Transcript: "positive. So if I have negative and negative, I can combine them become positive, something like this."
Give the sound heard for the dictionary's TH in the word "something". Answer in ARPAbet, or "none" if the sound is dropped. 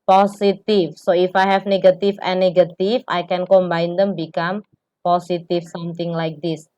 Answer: T